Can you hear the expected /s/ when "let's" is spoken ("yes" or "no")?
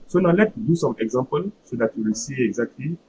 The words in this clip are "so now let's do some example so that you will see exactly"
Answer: no